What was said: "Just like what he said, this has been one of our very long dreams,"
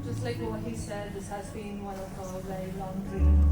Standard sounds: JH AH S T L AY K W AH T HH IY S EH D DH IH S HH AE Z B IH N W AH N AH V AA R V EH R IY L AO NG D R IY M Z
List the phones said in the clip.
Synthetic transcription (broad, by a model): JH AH S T L AY K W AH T HH IY S EH D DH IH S HH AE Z B IH N W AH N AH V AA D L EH IY L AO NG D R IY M